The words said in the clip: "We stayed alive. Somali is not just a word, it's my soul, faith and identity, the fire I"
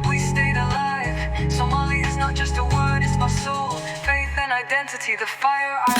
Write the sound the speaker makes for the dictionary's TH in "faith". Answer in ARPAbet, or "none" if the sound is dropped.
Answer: TH